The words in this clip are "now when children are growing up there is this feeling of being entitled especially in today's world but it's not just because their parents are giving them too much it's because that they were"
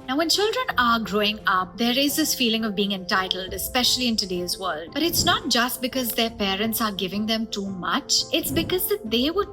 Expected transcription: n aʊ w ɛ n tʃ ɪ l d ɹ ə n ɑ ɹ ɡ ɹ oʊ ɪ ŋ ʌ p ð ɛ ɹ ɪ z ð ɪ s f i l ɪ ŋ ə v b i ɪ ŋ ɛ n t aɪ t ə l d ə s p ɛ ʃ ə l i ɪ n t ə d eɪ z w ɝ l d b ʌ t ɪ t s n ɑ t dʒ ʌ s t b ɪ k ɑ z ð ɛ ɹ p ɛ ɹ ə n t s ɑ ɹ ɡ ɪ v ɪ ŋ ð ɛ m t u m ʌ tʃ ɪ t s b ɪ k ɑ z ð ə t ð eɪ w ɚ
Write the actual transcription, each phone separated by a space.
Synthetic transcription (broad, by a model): n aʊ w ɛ n tʃ ɪ l d ɹ ə n ɑ ɹ ɡ ɹ oʊ ɪ ŋ ʌ p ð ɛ ɹ ɪ z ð ɪ s f i l ɪ ŋ ə v b i ɪ ŋ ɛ n t aɪ t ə l d ə s p ɛ ʃ ə l i ɪ n t ə d eɪ z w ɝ l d b ʌ t ɪ t s n ɑ t dʒ ʌ s t b ɪ k ɑ z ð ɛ ɹ p ɛ ɹ ə n t s ɑ ɹ ɡ ɪ v ɪ ŋ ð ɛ m t u m ʌ tʃ ɪ t s b ɪ k ɑ z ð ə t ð eɪ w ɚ